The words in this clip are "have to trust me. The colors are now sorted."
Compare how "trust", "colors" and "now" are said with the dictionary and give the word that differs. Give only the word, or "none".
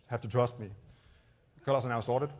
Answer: colors